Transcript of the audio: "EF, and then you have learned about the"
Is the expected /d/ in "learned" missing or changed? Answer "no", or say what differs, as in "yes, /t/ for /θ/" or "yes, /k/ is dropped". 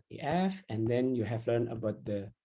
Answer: yes, /d/ is dropped